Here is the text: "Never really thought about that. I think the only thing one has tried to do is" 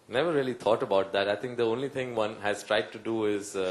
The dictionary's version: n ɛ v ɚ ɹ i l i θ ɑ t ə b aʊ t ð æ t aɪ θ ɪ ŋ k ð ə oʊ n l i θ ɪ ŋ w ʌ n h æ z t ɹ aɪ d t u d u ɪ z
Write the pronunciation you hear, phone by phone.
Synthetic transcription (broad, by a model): n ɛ v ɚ ɹ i l i t ɑ t ə b aʊ t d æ t aɪ t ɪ ŋ k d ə oʊ n l i t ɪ ŋ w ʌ n h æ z t ɹ aɪ d t u d u ɪ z